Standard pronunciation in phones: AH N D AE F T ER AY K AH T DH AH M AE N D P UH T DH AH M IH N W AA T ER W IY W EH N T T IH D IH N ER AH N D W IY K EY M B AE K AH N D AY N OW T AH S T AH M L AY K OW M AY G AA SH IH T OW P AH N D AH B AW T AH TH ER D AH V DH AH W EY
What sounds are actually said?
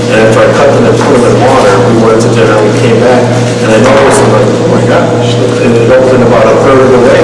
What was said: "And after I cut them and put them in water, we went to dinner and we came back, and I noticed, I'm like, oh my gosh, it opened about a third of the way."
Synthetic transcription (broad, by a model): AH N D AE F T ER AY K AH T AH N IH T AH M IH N W AA T ER W IY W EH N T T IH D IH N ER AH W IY K EY M B AE K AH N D AY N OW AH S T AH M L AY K OW M AY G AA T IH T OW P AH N AH B AW T AH TH ER D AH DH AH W EY